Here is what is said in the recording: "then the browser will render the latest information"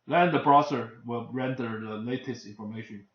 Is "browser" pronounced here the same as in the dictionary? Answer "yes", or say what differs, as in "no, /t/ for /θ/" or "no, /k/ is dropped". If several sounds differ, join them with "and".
no, /s/ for /z/